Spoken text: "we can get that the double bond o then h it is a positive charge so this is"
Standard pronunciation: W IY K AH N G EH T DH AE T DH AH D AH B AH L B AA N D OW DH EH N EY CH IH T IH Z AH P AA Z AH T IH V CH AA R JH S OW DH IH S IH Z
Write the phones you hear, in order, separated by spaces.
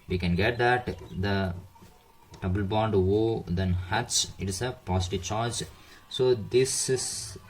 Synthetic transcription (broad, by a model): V IY K AH N G EH T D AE T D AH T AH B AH L B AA N D OW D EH N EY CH IH T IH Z AH P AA S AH T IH V CH AA R JH S OW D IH S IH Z